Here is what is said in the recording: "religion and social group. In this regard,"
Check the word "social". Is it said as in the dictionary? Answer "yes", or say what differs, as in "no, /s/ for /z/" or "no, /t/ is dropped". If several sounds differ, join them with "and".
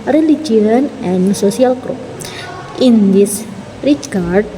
no, /s/ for /ʃ/